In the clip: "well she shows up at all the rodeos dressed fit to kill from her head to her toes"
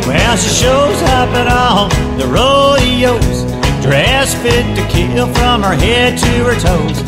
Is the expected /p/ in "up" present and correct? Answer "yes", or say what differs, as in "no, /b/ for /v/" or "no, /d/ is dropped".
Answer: yes